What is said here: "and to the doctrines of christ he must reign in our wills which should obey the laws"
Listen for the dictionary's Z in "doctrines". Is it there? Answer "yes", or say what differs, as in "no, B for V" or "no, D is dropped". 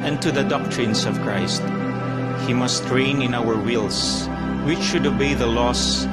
no, S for Z